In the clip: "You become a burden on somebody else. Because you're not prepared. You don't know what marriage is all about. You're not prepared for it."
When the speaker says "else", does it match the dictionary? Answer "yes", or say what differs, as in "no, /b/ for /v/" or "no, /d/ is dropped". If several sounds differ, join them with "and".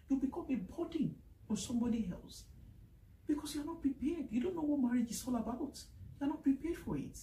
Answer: yes